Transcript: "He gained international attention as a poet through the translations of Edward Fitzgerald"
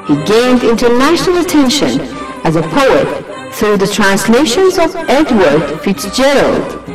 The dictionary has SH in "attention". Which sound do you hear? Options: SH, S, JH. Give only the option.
SH